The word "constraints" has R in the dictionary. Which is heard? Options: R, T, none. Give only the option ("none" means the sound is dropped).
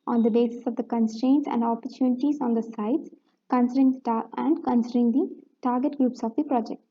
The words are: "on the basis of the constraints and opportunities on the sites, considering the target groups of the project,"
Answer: R